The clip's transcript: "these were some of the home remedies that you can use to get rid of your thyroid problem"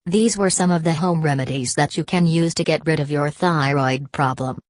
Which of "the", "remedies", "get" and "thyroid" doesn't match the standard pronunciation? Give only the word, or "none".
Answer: none